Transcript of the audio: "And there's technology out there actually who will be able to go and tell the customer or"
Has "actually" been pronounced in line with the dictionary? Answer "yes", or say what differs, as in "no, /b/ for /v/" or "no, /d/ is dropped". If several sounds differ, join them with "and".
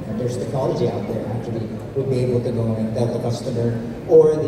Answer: no, /l/ is dropped